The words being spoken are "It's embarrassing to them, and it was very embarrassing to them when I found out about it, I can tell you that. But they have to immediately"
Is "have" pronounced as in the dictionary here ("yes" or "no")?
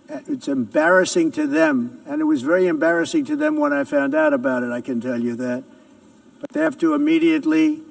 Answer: no